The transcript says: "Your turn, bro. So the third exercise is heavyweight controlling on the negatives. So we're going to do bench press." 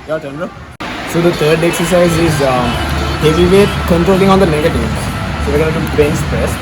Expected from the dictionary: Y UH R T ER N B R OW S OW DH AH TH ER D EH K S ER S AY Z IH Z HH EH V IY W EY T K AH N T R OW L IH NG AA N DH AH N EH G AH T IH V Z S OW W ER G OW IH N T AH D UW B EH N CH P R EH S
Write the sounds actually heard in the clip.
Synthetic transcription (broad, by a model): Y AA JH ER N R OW S OW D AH T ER D EH K S ER S AY Z IH Z HH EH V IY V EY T K AH N T R OW L IH NG AA N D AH N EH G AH T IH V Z S OW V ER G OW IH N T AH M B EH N S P R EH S